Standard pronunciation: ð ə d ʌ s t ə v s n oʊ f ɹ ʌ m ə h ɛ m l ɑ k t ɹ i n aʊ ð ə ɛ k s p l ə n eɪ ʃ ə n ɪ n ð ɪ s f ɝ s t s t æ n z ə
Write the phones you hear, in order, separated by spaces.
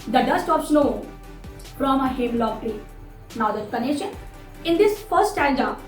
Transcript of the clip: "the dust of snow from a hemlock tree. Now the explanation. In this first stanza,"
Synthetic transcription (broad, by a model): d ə d ʌ s t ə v s n oʊ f ɹ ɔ m ə h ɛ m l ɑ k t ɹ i n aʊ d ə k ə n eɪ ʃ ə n ɪ n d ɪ s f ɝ t s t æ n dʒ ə